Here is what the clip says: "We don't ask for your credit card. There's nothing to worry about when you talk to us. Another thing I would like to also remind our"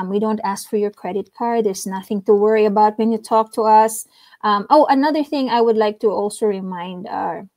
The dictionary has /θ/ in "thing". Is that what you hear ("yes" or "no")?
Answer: yes